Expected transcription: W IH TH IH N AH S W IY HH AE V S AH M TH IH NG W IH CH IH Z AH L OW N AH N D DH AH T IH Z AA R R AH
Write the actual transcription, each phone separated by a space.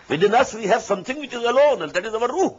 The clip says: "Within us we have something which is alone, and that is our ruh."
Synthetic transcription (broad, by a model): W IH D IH N AH S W IY HH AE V S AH M T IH NG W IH CH IH Z AH L OW N AH N D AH T IH Z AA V R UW